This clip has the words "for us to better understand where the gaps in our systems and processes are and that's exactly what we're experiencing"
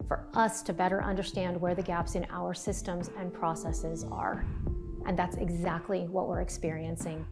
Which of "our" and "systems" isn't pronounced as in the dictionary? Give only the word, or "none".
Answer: none